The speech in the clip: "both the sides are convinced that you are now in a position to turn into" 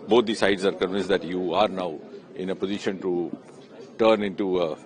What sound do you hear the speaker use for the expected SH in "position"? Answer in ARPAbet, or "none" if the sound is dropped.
SH